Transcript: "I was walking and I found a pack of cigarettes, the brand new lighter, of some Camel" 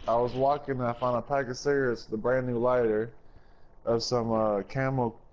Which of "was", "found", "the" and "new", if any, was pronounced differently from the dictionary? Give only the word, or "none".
found